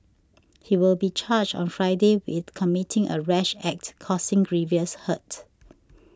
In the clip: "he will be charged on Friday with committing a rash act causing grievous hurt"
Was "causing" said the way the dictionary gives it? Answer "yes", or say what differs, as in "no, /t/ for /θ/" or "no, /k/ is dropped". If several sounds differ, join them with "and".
no, /s/ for /z/